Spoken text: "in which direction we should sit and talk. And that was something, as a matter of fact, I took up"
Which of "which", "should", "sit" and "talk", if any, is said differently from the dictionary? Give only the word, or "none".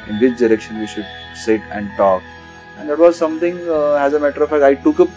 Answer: which